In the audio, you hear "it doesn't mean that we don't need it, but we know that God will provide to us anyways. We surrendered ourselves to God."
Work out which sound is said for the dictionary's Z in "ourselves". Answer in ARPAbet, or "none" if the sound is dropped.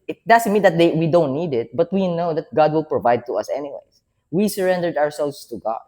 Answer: S